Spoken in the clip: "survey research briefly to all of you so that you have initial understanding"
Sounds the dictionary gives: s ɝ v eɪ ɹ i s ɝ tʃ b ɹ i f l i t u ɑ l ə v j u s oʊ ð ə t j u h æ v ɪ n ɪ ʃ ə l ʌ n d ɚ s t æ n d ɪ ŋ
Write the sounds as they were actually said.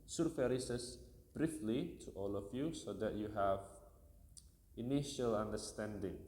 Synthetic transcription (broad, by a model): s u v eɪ ɹ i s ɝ s b ɹ i f l i t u ɑ l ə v j u s oʊ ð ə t j u h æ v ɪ n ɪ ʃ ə l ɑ n d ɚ s t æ n d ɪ ŋ